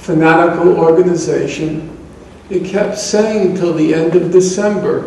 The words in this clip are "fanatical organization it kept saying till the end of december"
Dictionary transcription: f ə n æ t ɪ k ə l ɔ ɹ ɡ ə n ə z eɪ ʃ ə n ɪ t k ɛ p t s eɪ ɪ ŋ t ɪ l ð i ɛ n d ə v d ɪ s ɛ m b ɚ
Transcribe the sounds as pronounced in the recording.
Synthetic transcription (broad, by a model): f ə n æ t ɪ k l ɔ ɹ ɡ ə n ə z eɪ ʃ ə n ɪ t k ɛ p t s eɪ ɪ ŋ t ɪ l ð i ɛ n d ə v d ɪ s ɛ m b ɚ